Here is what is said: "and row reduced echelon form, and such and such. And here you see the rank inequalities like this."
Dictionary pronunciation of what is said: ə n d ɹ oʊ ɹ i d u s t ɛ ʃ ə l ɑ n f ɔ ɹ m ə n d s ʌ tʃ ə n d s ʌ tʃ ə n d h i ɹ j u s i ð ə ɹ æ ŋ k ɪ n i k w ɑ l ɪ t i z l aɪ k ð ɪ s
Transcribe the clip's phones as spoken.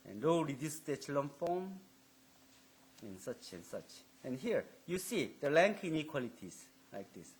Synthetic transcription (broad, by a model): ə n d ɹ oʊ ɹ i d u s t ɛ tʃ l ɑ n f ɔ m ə n s ʌ tʃ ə n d s ʌ tʃ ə n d h i ɹ j u s i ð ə l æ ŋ k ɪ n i k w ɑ l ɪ t i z l aɪ k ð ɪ s